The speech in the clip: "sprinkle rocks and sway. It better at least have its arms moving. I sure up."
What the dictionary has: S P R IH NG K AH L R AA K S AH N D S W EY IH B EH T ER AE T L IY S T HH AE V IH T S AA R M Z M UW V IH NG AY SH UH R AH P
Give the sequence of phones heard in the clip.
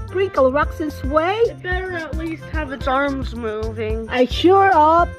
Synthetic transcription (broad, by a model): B R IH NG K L R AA K S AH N S W EY IH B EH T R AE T L IY S T HH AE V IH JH AA R M Z M UW V IH NG AY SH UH R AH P